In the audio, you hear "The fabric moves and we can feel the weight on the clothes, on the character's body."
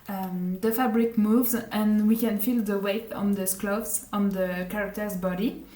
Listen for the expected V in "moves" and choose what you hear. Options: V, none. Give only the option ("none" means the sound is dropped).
V